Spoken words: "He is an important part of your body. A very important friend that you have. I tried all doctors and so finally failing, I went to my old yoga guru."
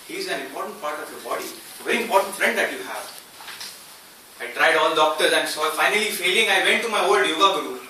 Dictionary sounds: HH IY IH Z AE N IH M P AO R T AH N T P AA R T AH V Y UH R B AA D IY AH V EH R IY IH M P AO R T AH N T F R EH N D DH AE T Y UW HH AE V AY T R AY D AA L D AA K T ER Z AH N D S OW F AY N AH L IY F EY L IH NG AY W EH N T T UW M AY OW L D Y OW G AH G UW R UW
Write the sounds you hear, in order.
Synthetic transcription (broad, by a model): HH IY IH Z AE N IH M P AO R T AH N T P AA R T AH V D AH B AA D IY AH V EH R IY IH M P AO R T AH N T F R EH N D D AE T Y UW HH AE V AY T R AY D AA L D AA K T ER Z AH N D S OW F AY N AH L IY F EY L IH NG AY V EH N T T UW M AY OW L D Y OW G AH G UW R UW